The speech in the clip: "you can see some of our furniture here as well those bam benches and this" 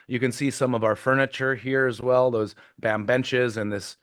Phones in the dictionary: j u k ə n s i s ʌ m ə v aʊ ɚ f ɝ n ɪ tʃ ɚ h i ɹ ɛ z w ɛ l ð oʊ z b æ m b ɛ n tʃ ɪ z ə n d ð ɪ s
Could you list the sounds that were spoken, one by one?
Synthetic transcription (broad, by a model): j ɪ k ə n s i s ʌ m ə v aʊ ɚ f ɝ n ɪ tʃ ɚ h i ɹ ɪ z w ɛ l ð oʊ z b æ m b ɛ n tʃ ɪ z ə n ð ɪ s